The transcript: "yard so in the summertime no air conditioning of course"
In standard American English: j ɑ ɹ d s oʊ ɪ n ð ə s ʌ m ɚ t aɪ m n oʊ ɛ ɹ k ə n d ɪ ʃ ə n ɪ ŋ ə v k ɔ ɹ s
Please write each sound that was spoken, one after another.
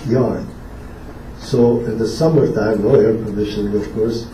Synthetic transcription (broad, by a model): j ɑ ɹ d s oʊ ɪ n ð ə s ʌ m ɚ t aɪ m l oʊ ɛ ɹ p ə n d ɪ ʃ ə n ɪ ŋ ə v k ɔ ɹ s